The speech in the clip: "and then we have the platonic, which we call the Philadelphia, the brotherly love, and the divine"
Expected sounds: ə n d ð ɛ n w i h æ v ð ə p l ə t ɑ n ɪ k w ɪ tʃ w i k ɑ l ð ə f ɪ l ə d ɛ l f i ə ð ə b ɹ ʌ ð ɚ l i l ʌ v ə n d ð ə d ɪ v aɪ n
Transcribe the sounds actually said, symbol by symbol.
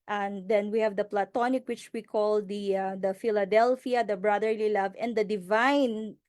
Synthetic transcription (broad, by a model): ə n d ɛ n w i h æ v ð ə p l ə t ɑ n ɪ k w ɪ tʃ w i k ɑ l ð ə f ɪ l ə d ɛ l f i ə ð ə b ɹ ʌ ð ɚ l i l ʌ v ə n d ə d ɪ v aɪ n